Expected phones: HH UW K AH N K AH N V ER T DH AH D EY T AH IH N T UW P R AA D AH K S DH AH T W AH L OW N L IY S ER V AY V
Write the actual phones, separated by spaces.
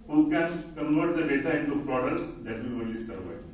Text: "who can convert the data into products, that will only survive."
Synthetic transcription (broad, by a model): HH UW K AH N K AH N V ER T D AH D EY T AH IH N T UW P R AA D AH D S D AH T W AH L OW L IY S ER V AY